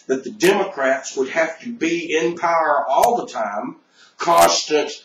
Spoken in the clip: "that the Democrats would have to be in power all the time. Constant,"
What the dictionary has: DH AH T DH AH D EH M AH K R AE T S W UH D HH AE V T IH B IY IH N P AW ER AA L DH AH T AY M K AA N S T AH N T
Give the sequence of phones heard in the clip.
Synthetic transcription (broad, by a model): DH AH T DH AH D EH M AH K R AE T S W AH D HH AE F T IH B IY IH N P AW ER AA L DH AH T AY M K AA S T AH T